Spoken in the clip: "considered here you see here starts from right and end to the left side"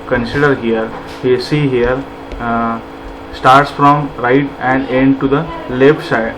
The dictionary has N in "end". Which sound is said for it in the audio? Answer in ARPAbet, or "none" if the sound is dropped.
N